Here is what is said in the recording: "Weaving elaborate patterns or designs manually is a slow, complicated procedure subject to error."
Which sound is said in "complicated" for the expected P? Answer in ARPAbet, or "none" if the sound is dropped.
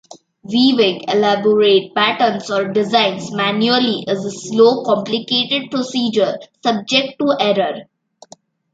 P